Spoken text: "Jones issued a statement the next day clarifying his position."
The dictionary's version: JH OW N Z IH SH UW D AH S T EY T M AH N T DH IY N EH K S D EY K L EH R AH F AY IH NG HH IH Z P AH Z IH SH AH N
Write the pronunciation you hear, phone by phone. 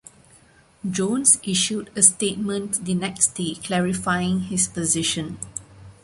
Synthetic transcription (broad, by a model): JH OW N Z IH SH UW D AH S T EY T M AH N T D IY N EH K S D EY K L EH R AH F AY IH NG HH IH S P AH Z IH SH AH N